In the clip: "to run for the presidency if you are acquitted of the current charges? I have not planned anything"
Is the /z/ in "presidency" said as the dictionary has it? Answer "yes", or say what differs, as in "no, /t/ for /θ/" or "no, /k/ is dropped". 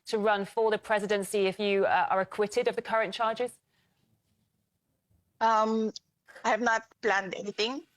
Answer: yes